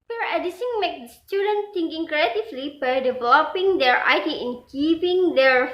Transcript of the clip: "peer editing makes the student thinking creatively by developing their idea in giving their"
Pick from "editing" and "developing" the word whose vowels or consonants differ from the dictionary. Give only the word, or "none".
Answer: editing